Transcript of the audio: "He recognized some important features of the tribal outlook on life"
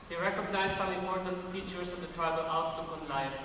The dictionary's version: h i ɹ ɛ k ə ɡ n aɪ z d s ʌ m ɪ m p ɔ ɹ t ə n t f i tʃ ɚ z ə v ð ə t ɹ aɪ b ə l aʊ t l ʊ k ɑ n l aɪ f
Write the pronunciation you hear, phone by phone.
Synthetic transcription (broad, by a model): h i ɹ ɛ k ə ɡ n aɪ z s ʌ ɪ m ɔ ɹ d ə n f i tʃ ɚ s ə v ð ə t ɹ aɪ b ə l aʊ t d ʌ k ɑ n l aɪ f